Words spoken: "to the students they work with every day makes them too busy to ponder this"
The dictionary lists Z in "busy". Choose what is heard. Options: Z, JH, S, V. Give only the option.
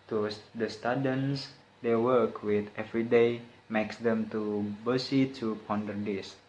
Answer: S